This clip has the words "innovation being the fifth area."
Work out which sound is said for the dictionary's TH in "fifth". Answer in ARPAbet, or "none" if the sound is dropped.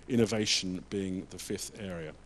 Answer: TH